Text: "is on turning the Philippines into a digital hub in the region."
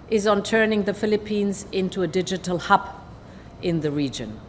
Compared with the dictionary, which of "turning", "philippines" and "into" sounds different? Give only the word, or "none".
none